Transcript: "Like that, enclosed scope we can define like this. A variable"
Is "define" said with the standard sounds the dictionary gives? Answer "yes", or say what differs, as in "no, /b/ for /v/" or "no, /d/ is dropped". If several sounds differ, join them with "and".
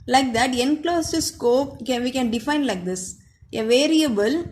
yes